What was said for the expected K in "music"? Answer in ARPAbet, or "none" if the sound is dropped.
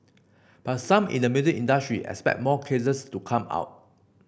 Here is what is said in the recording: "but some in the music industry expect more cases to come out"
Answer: none